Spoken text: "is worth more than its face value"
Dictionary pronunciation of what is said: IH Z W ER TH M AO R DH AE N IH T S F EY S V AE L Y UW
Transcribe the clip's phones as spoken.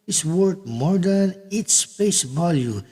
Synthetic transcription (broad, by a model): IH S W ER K M AO R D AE N IH T S P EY S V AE L Y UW